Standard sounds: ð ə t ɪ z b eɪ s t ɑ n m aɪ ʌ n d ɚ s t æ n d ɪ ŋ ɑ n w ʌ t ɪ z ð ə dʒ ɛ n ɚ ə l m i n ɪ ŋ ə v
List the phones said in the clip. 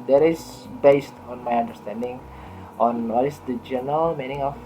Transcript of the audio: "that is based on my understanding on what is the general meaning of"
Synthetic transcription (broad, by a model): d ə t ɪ s b eɪ s t ɑ n m aɪ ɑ n d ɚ s t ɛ n d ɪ ŋ ɑ n w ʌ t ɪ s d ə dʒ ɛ n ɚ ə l m i n ɪ ŋ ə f